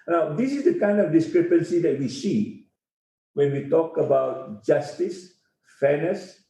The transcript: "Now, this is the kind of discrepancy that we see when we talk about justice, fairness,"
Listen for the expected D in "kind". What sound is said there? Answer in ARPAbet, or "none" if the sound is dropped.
D